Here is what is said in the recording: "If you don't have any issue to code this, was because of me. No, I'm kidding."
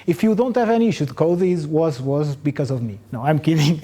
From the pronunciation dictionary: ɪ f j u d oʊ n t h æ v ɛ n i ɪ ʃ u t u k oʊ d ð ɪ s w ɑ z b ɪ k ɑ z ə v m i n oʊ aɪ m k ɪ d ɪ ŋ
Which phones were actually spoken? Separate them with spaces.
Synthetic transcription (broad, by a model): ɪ f j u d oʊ n t h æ v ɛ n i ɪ ʃ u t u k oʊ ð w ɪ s w ɑ z b ɪ k ɑ z ə v m i n oʊ aɪ m k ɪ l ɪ ŋ